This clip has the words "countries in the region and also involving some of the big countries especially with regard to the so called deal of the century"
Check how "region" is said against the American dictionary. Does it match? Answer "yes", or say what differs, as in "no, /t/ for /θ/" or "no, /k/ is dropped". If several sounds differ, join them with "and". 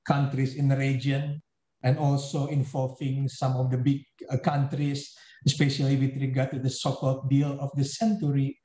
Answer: no, /dʒ/ is dropped